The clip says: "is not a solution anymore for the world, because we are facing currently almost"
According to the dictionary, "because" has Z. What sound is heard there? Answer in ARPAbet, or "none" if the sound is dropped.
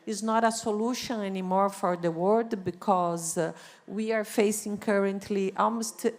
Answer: Z